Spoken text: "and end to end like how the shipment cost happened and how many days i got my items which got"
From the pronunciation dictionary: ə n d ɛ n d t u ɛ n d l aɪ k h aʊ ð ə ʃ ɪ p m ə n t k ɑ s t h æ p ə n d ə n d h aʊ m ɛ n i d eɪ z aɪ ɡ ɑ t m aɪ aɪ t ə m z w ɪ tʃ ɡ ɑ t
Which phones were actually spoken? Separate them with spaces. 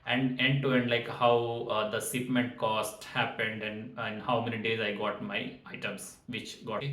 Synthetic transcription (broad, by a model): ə n d ɛ n d t u ɛ n d l aɪ k h aʊ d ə s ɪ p m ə n t k ɑ s t h æ p ə n d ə n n h aʊ m ɛ n i d eɪ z aɪ ɡ ɑ t m aɪ aɪ t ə m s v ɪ tʃ ɡ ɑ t